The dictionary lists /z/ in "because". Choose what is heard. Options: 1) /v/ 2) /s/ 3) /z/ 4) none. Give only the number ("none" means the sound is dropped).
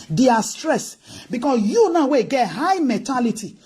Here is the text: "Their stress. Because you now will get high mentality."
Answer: 2